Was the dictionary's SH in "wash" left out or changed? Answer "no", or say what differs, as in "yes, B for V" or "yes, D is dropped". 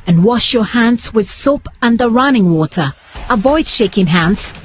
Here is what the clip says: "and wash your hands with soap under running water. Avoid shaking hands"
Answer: no